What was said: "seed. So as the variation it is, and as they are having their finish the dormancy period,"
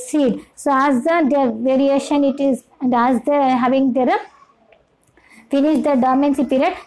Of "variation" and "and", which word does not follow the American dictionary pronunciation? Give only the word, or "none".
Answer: none